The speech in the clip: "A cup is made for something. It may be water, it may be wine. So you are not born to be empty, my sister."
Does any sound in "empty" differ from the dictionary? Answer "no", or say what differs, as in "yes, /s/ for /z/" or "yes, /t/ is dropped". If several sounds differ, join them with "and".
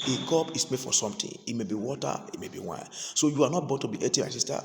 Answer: yes, /m/ is dropped